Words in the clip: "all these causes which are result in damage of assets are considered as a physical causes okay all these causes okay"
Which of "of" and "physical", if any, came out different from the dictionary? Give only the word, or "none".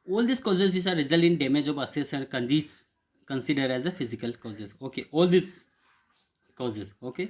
of